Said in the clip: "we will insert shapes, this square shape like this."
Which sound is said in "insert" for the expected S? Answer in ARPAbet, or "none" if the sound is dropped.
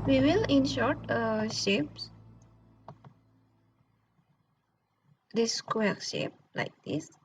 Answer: SH